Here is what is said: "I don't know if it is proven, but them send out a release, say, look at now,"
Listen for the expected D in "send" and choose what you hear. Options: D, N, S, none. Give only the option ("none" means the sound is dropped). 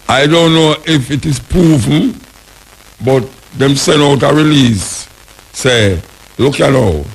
none